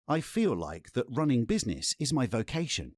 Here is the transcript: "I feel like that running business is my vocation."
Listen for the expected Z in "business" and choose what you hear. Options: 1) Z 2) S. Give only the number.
1